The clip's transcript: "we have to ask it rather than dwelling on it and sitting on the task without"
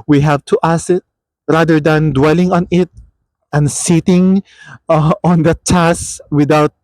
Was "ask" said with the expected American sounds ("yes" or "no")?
no